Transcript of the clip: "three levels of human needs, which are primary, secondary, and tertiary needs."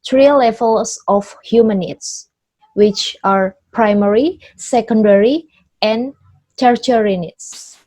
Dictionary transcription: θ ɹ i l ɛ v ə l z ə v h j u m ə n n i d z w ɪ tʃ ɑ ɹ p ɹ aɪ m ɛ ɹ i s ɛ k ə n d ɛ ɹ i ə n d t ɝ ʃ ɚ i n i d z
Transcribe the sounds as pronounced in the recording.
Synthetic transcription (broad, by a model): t ɹ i l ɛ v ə l s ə f h j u m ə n n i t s w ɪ tʃ ɑ ɹ p ɹ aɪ m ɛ ɹ i s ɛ k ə n d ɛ ɹ i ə n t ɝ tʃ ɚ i n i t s